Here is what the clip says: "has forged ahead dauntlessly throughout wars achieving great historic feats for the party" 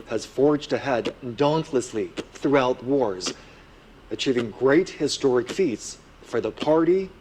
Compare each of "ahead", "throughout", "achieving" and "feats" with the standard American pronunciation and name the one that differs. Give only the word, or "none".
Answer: none